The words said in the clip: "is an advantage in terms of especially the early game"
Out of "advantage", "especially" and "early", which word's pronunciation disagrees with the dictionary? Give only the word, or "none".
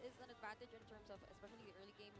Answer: none